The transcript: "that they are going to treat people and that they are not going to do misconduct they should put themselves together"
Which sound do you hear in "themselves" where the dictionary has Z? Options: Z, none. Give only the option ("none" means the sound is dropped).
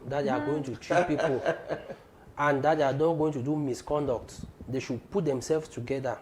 none